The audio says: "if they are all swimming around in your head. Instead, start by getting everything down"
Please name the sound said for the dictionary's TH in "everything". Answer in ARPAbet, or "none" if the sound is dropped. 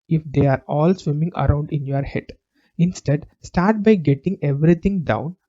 T